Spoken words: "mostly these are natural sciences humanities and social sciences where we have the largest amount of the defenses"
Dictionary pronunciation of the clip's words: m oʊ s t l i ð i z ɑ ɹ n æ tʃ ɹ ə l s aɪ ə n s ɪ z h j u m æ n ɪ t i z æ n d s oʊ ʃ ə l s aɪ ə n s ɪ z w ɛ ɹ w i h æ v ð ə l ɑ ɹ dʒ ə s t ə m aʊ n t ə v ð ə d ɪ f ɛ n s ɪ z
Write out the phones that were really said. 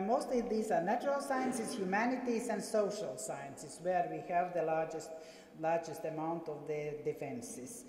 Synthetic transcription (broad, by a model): m oʊ s t l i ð i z ɑ ɹ n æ tʃ ɹ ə l s aɪ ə n s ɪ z h j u m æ n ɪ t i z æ n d s oʊ ʃ ə l s aɪ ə n s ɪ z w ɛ ɹ w i h æ v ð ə l ɑ ɹ dʒ ə s t ə m aʊ n t ə v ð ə d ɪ f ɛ n s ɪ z